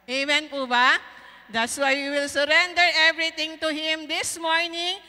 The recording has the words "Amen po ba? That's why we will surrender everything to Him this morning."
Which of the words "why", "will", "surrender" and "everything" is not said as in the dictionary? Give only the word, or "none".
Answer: everything